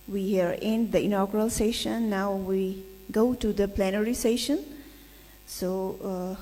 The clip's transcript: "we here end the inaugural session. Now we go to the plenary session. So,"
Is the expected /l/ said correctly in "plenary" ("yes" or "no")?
yes